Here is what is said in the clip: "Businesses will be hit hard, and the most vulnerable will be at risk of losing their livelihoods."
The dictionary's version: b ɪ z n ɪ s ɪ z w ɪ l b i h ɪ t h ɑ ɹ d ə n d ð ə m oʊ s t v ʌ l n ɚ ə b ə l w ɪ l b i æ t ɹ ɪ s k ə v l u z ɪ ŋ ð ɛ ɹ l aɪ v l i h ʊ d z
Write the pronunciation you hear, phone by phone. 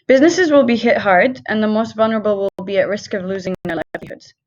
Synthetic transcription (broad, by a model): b ɪ z n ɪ s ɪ z w ɪ l b i h ɪ t h ɑ ɹ d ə n ð ə m oʊ s t v ʌ l n ɚ ə b ə l w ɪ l b i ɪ t ɹ ɪ s k ə v l u z ɪ ŋ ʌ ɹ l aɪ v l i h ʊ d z